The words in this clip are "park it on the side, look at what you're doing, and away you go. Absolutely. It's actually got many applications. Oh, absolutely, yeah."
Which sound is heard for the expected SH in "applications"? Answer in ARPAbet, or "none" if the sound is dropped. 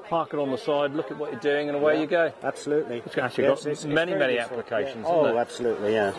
SH